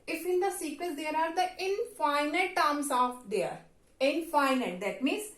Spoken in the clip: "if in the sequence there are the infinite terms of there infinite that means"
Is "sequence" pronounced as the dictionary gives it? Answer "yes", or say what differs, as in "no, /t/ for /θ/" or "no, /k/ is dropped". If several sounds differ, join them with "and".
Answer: no, /n/ is dropped